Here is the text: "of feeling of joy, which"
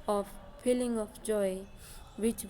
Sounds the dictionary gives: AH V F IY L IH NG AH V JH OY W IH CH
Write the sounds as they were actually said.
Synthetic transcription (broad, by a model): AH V P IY L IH NG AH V JH OY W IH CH